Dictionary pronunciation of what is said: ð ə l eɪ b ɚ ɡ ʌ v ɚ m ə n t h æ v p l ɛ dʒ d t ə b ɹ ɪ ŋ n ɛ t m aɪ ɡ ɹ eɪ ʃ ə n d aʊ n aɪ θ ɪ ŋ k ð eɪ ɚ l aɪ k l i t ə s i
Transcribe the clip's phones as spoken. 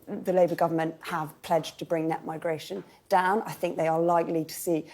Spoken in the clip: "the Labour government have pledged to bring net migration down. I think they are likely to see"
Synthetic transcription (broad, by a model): ð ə l eɪ b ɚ ɡ ʌ v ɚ m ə n t h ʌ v p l ɛ dʒ t ə b ɹ ɪ ŋ n ɛ t m aɪ ɡ ɹ eɪ ʃ ə n d aʊ n aɪ θ ɪ ŋ k ð eɪ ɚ l aɪ k l i t ə s i